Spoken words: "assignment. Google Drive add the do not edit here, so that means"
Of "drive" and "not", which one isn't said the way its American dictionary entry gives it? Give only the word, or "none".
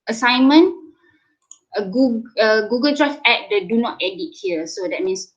drive